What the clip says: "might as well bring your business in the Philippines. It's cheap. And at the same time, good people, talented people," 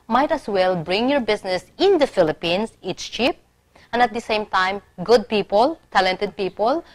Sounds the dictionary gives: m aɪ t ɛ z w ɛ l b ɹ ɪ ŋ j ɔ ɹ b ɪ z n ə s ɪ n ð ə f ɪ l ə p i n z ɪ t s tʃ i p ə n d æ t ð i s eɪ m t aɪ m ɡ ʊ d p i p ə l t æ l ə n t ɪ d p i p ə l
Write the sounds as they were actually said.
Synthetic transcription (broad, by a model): m aɪ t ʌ s w ɛ l b ɹ ɪ ŋ j ɔ ɹ b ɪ s n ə s ɪ n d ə f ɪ l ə p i n s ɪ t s tʃ i p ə n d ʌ t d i s eɪ m t aɪ m ɡ ʊ d p i p ə l t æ l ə n t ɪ d p i p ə l